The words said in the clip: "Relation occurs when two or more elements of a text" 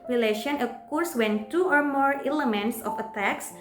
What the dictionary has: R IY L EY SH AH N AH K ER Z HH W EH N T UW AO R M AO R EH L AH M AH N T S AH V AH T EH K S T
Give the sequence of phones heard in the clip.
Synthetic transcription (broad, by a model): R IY L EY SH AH N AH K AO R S W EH N T UW AO R M AO R EH L AH M AH N T S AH F AH T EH K S